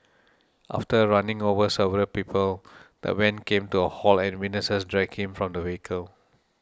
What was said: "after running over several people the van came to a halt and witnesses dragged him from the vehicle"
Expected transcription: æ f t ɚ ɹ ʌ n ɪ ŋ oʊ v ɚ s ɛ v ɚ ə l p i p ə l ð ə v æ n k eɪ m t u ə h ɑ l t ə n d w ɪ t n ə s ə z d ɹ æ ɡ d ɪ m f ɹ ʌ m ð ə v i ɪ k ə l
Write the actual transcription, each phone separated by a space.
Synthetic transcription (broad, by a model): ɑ f t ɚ ɹ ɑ n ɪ ŋ oʊ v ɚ s ɛ v ɚ ə l p i p ə l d ə w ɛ n k eɪ m t u ə h ɑ l ə n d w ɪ n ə s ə s d ɹ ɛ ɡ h ɪ m f ɹ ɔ m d ə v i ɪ k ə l